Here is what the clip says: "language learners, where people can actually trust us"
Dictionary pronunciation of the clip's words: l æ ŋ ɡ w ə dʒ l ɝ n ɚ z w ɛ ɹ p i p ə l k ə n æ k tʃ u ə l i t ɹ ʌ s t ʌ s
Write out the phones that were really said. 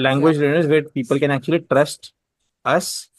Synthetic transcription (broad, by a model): l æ ŋ ɡ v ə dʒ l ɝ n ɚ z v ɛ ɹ p i p ə l k ə n æ k tʃ u ə l i t ɹ ʌ s t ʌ s